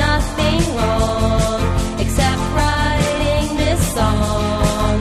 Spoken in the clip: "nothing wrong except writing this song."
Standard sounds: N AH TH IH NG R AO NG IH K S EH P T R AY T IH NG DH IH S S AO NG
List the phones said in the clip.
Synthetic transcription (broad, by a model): AH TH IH NG L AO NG IH K S EH P T R AY T IH NG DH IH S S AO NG